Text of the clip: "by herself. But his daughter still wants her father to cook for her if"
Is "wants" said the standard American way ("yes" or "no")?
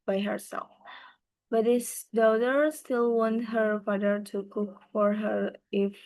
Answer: no